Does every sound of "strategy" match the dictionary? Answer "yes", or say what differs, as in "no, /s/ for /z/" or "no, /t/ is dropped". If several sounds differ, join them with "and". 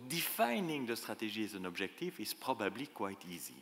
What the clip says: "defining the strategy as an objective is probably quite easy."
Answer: no, /ʒ/ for /dʒ/